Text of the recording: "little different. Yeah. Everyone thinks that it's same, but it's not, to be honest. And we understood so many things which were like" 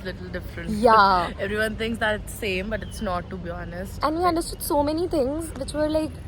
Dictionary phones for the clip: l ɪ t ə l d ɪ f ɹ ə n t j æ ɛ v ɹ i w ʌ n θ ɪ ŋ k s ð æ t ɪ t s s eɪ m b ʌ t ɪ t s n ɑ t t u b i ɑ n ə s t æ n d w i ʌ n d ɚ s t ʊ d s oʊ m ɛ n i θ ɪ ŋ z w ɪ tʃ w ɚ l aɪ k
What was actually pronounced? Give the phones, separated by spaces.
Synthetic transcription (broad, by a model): l ɪ t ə l d ɪ f ɹ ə n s j æ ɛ v ɹ i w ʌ n t ɪ ŋ k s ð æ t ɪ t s s eɪ m b ʌ t ɪ t s n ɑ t t u b i ɑ n ə s t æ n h i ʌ n d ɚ s t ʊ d s oʊ m ɛ n i t ɪ ŋ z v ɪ tʃ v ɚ l aɪ k